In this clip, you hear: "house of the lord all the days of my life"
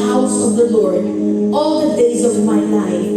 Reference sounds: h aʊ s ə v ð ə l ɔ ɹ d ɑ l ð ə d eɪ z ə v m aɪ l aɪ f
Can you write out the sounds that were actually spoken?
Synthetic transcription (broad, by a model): h aʊ s ə v ð ə l ɔ ɹ d ɑ l ð ə d eɪ z ə v m aɪ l aɪ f